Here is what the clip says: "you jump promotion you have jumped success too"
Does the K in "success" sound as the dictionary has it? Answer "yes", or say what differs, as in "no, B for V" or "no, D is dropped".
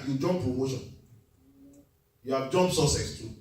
no, K is dropped